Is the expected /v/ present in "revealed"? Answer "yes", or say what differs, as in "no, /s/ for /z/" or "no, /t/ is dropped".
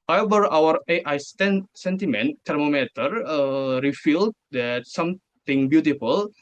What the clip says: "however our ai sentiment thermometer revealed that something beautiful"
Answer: no, /f/ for /v/